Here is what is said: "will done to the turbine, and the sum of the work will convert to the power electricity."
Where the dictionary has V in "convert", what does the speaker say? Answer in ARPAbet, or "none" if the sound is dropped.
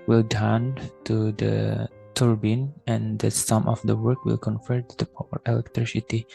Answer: F